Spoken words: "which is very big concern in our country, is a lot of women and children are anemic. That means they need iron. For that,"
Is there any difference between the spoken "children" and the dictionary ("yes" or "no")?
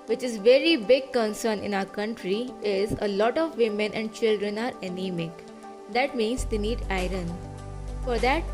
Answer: no